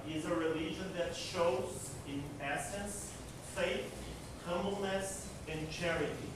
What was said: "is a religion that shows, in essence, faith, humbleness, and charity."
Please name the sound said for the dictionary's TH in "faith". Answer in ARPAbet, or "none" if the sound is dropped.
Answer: TH